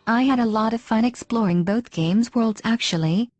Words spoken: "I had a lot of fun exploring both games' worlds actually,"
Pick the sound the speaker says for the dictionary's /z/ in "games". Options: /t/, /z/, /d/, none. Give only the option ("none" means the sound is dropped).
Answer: /z/